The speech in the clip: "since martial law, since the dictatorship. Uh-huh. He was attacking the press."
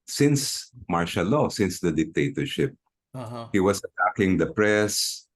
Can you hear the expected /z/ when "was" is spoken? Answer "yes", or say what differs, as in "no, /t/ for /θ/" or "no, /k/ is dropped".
no, /s/ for /z/